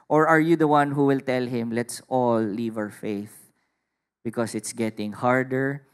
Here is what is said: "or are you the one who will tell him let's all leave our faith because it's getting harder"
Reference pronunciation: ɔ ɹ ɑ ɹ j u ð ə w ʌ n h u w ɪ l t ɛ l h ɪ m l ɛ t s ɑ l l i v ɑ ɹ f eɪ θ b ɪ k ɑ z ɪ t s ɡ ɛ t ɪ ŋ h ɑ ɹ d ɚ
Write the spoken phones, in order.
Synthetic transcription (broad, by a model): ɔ ɹ ɑ ɹ j u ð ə w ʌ n h u w ɪ l t ɛ l h ɪ m l ɛ t s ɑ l l i v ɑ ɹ f eɪ θ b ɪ k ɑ s ɪ t s ɡ ɛ t ɪ ŋ h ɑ ɹ d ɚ